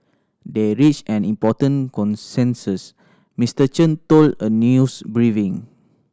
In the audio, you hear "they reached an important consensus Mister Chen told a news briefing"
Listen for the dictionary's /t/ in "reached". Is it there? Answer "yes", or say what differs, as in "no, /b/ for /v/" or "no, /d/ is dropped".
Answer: no, /t/ is dropped